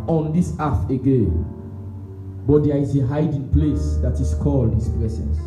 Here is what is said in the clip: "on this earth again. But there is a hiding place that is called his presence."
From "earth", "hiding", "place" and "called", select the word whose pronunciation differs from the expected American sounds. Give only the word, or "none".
earth